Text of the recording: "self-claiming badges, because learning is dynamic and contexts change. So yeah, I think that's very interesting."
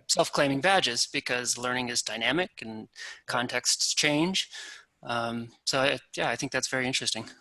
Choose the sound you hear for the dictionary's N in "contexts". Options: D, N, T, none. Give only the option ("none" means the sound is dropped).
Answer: N